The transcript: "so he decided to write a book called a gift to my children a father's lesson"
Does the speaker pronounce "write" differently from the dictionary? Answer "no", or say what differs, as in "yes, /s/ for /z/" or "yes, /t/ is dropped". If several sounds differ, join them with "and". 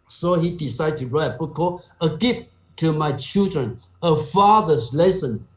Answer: yes, /t/ is dropped